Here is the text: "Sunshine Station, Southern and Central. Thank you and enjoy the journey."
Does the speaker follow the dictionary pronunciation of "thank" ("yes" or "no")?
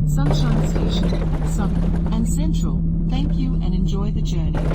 yes